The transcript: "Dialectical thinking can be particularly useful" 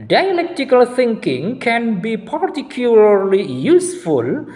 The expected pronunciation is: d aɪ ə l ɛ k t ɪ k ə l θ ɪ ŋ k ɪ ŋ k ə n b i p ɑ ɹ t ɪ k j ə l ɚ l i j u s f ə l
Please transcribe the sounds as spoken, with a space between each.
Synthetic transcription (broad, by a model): d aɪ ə l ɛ k t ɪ k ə l t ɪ ŋ k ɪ ŋ k ə n b i p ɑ ɹ t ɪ k j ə l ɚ l i j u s f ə l